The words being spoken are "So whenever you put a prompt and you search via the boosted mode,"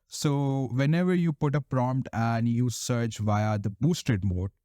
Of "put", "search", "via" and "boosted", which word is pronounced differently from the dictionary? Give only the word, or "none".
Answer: none